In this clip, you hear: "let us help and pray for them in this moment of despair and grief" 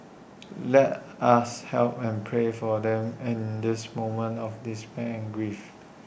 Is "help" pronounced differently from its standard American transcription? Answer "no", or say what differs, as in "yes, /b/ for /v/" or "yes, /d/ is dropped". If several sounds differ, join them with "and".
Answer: no